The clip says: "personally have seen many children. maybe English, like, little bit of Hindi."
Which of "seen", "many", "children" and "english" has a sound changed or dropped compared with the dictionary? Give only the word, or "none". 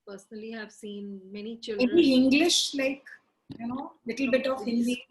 children